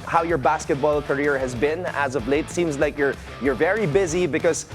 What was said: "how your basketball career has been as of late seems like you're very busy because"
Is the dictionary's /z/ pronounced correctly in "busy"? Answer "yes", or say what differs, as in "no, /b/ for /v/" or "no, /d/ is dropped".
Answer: yes